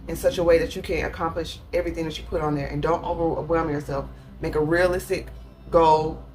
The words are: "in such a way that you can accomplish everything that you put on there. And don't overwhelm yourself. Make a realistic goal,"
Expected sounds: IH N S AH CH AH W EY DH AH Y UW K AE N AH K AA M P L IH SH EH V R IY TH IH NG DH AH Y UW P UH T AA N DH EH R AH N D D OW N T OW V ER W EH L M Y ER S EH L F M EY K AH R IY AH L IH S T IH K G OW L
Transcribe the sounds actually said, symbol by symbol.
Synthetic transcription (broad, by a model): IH N S AH CH AH W EY DH AH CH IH K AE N AH K AA M P L IH SH EH V R IY TH IH NG DH AH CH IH P UH T N DH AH R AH N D D OW N T OW V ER W EH L M Y ER S EH L F M EY K AH R IY AH L IH S T IH K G OW L